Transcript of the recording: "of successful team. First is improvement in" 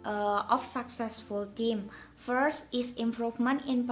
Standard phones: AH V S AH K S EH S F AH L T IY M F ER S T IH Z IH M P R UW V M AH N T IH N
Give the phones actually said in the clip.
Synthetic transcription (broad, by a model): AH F S AH K S EH S F AH L T IY M F ER S T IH S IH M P R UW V M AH N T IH N